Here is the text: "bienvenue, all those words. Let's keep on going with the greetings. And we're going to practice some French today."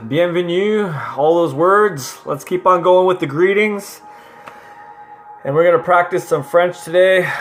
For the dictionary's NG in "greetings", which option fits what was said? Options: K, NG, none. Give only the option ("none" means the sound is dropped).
NG